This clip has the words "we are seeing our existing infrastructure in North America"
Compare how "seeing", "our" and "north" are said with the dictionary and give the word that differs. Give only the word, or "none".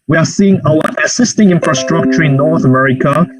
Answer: our